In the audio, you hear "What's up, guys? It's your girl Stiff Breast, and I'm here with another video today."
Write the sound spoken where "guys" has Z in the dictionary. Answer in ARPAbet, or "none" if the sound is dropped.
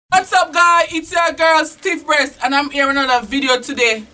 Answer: none